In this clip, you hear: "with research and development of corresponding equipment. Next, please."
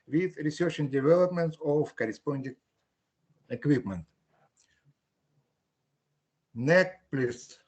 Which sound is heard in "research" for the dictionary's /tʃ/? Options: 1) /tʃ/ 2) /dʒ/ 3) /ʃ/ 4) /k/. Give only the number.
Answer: 3